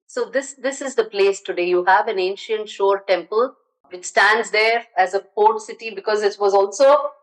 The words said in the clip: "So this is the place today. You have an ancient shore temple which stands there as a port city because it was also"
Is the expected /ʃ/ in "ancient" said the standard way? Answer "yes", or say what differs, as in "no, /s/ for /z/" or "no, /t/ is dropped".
yes